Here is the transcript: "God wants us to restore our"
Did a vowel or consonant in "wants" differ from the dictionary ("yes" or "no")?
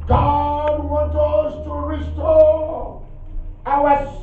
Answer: yes